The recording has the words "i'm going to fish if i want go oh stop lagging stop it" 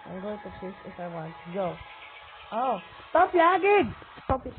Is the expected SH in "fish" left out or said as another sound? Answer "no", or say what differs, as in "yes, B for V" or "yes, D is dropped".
yes, S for SH